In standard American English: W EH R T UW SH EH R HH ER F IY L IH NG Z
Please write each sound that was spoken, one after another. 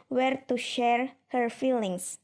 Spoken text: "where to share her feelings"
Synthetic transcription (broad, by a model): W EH R T UW SH EH R HH ER F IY L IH NG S